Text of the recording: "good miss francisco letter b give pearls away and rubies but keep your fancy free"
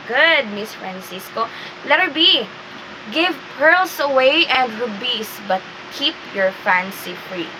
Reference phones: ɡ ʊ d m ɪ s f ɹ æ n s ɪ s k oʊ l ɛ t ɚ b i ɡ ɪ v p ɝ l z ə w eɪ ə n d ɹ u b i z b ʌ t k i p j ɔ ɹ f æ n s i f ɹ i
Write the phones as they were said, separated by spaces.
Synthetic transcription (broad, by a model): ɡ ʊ d m ɪ s f ɹ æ n s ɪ s k oʊ l ɛ t ɚ b i ɡ ɪ v p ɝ l s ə w eɪ ə n d ɹ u b i s b ʌ t k i p j ɔ ɹ f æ n s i f ɹ i